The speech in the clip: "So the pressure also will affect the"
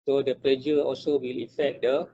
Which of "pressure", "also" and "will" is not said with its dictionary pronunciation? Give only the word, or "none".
pressure